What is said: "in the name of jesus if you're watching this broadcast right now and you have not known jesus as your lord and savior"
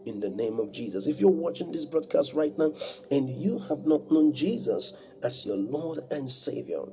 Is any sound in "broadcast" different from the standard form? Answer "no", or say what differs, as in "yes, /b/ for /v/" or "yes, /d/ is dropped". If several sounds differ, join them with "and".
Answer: no